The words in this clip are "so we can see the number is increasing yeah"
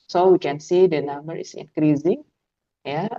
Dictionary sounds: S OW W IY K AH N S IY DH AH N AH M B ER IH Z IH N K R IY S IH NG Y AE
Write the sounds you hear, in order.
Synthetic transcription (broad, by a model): S OW W IY K AH N S IY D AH N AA M B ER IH S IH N K R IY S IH NG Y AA